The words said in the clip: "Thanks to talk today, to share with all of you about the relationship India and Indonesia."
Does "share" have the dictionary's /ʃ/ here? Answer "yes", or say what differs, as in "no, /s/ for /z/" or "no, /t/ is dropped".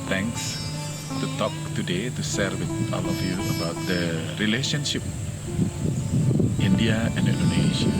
no, /s/ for /ʃ/